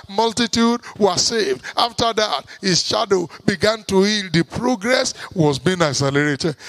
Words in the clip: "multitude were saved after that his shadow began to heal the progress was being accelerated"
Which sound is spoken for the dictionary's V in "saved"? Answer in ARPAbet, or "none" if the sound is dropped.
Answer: V